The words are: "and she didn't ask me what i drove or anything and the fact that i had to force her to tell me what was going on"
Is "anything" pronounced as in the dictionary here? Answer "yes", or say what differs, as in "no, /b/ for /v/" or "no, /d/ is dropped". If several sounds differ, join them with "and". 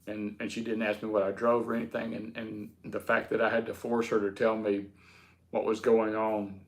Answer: yes